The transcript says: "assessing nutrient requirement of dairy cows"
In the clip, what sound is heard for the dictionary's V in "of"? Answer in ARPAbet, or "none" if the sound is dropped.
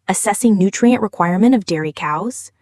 V